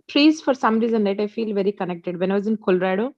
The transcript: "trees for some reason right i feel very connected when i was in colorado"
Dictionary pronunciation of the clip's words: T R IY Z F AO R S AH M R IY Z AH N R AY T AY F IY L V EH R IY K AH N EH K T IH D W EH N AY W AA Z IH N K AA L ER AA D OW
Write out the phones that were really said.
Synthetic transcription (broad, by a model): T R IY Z F AO R S AH M R IY Z AH N L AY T AY F IY L V EH R IY K AH N EH K T IH D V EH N AY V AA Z IH N K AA L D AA D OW